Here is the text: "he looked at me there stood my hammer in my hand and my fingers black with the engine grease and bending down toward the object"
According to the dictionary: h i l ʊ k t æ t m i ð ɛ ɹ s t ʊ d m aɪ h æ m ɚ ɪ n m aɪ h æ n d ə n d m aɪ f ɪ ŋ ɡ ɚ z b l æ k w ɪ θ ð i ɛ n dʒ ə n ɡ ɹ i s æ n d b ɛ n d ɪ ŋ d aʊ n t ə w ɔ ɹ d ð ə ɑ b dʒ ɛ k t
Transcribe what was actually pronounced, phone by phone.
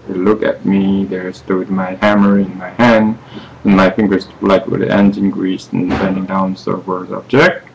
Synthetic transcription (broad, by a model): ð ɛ l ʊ k æ t m i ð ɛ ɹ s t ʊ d m aɪ h æ m ɚ ɪ n m aɪ h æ n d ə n m aɪ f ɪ ŋ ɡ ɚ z l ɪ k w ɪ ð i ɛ n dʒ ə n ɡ ɹ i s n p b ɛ n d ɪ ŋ d aʊ n s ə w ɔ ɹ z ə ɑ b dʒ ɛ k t